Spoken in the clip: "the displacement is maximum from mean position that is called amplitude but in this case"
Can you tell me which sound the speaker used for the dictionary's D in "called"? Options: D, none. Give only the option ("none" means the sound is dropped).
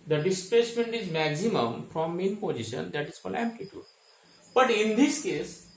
none